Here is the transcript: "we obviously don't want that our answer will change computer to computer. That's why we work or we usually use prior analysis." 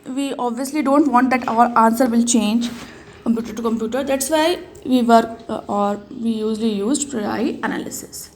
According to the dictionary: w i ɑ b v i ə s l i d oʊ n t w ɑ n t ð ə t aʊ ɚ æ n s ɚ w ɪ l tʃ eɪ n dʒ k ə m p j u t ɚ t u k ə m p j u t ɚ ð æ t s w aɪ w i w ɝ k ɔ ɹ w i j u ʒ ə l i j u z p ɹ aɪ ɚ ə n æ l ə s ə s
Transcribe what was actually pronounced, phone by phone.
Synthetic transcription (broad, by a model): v i ɑ b v i ə s l i d oʊ n t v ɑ n t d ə t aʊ ɚ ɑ n s ɚ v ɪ l tʃ eɪ n dʒ k ə m p j u t ɚ t u k ə m p j u t ɚ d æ t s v aɪ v i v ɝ ɔ ɹ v i j u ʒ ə l i j u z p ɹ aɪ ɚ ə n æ l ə s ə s